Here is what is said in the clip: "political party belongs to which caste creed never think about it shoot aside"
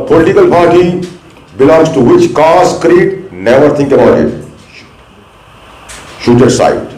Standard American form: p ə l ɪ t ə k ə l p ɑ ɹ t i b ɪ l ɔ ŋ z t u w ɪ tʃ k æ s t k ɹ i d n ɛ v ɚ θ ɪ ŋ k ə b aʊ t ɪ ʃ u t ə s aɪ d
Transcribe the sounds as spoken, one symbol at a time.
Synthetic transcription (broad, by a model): p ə l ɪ t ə k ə l p ɑ ɹ t i b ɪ l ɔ ŋ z t u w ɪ tʃ k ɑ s k ɹ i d n ɛ v ɚ t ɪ ŋ k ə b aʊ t ɪ ʃ u t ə s aɪ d